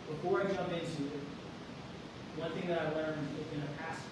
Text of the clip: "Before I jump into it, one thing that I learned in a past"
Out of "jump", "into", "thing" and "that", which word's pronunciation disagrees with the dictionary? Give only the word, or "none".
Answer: jump